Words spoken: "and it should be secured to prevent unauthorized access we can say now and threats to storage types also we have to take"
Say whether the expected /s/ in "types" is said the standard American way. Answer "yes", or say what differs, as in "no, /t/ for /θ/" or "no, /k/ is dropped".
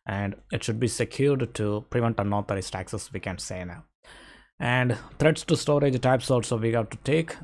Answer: yes